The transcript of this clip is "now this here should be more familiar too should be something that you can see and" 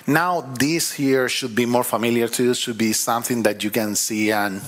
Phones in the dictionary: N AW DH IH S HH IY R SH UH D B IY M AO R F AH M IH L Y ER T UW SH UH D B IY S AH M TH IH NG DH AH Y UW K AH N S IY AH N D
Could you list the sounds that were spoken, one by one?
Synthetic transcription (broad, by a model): N AW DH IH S HH IY R SH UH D B IY M AO R F AH M IH L Y ER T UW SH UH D B IY S AH M TH IH NG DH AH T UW K AH N S IY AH N